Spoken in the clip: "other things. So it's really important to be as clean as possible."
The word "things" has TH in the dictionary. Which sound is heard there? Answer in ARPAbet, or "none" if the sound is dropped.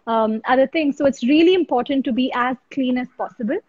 T